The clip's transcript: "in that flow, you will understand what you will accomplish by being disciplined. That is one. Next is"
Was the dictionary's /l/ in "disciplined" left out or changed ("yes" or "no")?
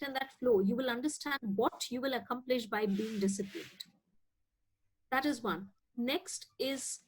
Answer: yes